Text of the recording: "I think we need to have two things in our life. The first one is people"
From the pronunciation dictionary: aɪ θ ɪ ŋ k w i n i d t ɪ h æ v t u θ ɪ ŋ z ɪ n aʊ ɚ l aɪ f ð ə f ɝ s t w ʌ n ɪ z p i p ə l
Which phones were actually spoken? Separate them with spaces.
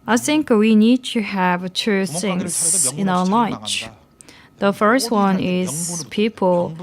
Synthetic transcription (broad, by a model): aɪ θ ɪ ŋ k w i n i d t ɪ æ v t u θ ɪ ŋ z ɪ n aʊ ɚ l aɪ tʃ ð ə f ɝ s t w ʌ n ɪ z p i p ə l